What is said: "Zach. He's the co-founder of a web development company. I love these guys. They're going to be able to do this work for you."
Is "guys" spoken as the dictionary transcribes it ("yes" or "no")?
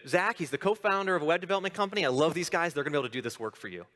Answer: yes